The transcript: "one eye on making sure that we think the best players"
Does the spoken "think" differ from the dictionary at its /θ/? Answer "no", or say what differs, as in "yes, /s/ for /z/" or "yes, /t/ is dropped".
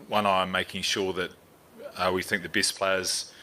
no